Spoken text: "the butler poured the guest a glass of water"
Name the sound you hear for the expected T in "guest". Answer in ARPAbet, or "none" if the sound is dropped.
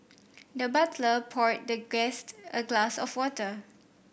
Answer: T